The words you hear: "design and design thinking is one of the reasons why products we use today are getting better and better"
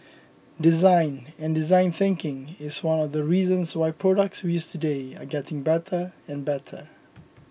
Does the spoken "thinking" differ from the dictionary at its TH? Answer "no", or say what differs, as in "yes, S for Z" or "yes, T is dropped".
no